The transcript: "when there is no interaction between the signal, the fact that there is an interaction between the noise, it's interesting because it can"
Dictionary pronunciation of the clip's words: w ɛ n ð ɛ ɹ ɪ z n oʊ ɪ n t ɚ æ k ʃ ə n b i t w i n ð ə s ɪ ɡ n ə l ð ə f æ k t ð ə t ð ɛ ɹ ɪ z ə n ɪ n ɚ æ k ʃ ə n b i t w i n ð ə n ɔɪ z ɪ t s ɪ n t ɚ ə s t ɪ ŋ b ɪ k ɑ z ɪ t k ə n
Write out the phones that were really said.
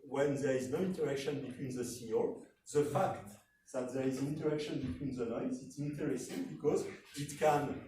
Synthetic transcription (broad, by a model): w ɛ n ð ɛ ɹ ɪ z n oʊ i n t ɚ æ k ʃ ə n b i t w i n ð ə s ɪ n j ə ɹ ð ə f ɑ k t ð ə t ð ɛ ɹ ɪ z ə n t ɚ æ k ʃ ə n b i t w i n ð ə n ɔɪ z ɪ t s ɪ n t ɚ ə s t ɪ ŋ b ɪ k ɑ z ɪ t k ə n